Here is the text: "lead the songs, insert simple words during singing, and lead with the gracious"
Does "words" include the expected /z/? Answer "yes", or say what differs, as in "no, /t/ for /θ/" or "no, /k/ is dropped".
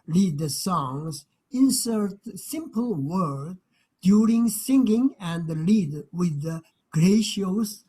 no, /z/ is dropped